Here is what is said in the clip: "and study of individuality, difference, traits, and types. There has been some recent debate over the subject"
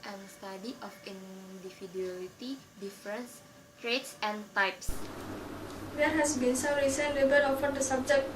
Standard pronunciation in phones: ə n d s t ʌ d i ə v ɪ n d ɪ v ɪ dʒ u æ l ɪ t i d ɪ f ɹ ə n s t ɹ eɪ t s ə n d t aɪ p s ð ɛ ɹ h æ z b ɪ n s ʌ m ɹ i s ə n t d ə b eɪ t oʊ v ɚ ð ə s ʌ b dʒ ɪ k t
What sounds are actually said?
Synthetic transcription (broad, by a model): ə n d s t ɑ d i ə f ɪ n d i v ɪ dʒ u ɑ l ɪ t i d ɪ f ɹ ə n s t ɹ eɪ t s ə n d t aɪ p s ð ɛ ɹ h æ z b ɪ n s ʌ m ɹ i s ə n t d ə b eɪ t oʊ f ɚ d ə s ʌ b dʒ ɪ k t